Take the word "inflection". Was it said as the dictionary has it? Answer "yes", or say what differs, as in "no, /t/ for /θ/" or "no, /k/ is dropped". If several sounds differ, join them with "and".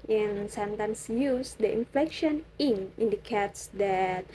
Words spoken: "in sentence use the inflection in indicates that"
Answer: yes